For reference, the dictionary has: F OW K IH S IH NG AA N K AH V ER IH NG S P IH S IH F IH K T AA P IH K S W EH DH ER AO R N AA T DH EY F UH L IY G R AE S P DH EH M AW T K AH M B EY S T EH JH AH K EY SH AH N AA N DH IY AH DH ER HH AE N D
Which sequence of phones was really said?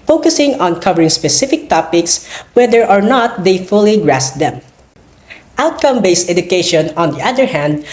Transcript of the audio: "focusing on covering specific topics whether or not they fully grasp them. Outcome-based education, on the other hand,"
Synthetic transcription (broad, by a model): F OW K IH S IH NG AA N K AH V ER IH NG S P IH S IH F IH K T AA P IH K S W EH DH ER AO R N AA T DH EY F UH L IY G R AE S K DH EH M AW T K AH M B EY S T EH JH AH K EY SH AH N AA N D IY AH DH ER HH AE N D